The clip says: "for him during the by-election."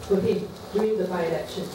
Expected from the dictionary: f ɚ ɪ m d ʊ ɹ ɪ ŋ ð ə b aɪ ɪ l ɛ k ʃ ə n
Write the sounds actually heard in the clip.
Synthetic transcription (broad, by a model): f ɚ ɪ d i ɪ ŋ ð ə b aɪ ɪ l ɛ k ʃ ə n